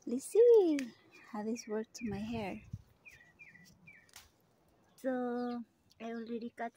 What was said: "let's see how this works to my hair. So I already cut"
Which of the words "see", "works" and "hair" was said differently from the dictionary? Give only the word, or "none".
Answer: works